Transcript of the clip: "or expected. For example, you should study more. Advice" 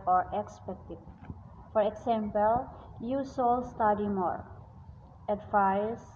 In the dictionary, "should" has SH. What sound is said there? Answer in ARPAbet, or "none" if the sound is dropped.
S